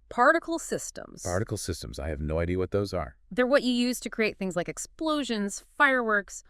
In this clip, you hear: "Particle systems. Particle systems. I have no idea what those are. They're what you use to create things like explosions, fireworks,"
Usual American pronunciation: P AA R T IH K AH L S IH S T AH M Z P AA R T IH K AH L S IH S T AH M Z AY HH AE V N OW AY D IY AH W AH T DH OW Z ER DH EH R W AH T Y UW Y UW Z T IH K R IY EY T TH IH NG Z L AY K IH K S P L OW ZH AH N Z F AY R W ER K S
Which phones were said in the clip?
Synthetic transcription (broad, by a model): P AA R T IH K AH L S IH S T AH M Z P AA R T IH K L S IH S T AH M Z AY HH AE V N OW AY D IY AH W AH T DH OW Z ER DH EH R W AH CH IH Y UW Z T IH K R IY EY T TH IH NG Z L AY K IH K S P L OW ZH AH N Z F AY R W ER K S